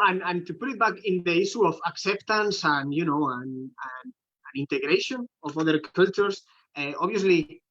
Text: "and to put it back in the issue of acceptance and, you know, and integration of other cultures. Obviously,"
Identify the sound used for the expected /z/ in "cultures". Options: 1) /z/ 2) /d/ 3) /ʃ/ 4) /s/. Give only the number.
4